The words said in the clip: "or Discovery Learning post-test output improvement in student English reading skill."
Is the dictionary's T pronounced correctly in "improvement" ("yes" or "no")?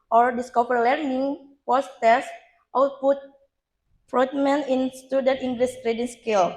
no